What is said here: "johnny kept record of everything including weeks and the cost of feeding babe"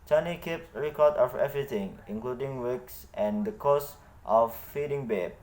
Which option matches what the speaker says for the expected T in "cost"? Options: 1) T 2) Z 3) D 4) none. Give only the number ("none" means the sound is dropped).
1